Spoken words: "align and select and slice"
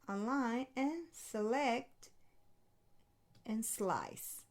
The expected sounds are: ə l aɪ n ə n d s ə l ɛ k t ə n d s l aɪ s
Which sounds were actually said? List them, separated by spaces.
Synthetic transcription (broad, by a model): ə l aɪ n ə n s ə l ɛ k t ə n s l aɪ s